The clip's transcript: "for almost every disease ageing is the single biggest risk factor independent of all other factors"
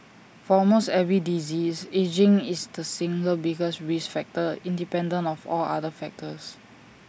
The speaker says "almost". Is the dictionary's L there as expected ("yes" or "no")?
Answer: no